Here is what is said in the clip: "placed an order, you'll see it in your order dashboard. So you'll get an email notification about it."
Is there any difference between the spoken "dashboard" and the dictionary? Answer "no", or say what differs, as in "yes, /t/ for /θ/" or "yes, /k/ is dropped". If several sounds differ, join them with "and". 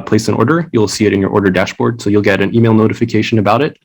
no